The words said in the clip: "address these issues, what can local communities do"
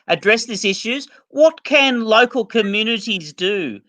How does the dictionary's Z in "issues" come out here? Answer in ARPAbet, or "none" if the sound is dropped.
Z